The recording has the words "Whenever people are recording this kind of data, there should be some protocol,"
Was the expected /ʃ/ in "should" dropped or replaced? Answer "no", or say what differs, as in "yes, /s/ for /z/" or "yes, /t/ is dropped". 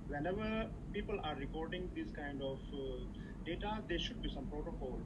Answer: no